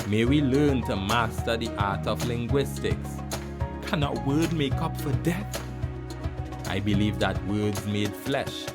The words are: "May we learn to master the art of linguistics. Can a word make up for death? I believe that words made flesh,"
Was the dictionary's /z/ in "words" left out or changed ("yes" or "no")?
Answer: no